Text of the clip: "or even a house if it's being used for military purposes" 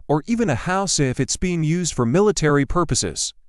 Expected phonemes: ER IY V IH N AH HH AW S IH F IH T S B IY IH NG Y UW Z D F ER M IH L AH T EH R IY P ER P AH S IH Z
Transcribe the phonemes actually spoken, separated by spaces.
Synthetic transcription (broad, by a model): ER IY V IH N AH HH AW S IH F IH T S B IY IH NG Y UW Z D F ER M IH L AH T EH R IY P ER P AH S IH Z